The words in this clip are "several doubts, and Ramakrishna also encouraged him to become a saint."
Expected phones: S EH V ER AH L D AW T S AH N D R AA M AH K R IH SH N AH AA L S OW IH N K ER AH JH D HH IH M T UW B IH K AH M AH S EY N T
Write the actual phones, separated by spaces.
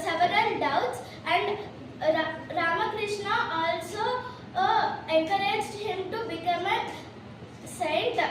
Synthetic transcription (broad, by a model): S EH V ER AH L D AW T S AH N D R AA M AH K R IH SH N AH AA L S OW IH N K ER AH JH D HH IH M T UW B IH K AH M AH S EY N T